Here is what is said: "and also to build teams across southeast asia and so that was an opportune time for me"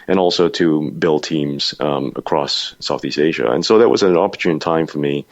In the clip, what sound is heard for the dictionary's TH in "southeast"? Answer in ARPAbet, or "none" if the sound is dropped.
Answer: TH